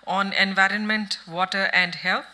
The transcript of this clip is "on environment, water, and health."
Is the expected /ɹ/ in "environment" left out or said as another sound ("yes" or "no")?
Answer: no